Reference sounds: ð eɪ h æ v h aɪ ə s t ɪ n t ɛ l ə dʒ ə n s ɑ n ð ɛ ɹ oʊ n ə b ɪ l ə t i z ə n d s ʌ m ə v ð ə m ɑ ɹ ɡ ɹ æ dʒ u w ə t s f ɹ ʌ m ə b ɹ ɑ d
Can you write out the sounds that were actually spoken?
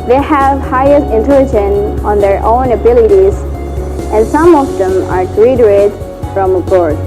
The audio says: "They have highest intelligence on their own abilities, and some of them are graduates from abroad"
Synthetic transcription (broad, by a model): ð eɪ h æ v h aɪ ə s t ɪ n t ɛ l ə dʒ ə n ɑ n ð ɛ ɹ oʊ n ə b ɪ l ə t i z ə n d s ʌ m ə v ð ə m ɑ ɹ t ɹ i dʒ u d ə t f ɹ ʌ m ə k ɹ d